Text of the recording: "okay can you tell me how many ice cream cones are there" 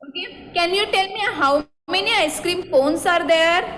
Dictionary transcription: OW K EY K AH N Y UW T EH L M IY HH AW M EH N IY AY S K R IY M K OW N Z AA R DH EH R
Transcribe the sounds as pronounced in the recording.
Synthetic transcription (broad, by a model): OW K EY K AH N Y UW T EH L M IY HH AW M EH N IY AY S K R IY M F OW N S AA R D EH R